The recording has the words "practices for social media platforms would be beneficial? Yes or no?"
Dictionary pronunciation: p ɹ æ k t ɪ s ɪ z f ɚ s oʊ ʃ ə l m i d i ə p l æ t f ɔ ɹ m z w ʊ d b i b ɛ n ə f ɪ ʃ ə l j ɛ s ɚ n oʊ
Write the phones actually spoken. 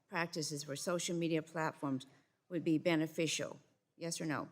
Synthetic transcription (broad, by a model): p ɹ æ k t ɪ s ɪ z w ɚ s oʊ ʃ l m i d i ə p l æ t f ɔ ɹ m z w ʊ d b i b ɛ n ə f ɪ ʃ l j ɛ s ɚ n oʊ